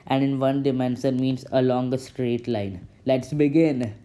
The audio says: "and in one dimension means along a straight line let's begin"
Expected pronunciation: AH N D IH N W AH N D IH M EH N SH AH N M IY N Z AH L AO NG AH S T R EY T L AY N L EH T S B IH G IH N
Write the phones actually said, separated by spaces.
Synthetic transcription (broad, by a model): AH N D IH N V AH N D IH M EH N S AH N M IY N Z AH L AO NG AH S T R EY T L AY N L EH T S B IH G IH N